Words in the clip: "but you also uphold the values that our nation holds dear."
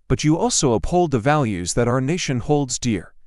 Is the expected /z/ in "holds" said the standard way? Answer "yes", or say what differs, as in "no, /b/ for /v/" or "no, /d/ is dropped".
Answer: yes